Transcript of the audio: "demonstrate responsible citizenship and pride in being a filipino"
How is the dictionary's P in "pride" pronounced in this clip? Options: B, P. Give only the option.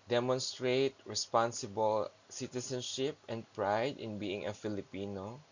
P